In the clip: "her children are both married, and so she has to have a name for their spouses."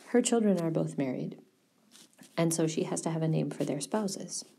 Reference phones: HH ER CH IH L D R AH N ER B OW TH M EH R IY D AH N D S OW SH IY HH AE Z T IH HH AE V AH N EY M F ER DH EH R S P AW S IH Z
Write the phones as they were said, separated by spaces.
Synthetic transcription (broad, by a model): HH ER CH IH L D R AH N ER B OW TH M EH R IY D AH N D S OW SH IY HH AE Z T IH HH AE V AH N EY M F ER DH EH R S P AW S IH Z